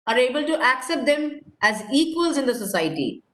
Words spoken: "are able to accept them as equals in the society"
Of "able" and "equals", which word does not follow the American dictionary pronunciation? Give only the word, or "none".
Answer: none